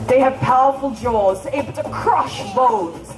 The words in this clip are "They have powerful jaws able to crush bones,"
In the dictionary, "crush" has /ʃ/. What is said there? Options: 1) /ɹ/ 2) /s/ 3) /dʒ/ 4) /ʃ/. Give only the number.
4